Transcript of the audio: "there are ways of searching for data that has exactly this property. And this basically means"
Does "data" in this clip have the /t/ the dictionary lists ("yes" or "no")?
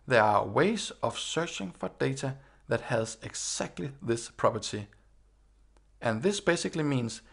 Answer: no